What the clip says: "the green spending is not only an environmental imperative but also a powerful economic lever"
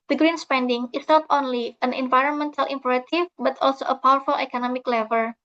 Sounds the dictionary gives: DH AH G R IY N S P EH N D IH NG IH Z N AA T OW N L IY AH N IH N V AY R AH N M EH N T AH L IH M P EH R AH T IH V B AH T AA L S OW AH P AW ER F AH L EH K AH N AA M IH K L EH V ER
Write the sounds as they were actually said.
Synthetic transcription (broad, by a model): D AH G R IY N S P EH N D IH NG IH S N AA T OW N L IY AH N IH N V AY R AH N M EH N T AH L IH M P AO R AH T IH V B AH T AA L S OW AH P AW ER F AH L EH K AH N AA M IH K L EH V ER